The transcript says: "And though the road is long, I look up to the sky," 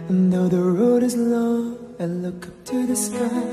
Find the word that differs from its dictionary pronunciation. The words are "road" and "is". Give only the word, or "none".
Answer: none